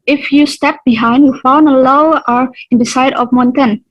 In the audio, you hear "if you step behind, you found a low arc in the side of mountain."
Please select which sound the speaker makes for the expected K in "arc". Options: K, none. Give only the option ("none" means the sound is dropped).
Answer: none